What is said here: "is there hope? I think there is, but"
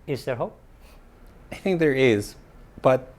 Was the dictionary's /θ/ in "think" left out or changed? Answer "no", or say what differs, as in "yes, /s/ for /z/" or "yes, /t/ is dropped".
no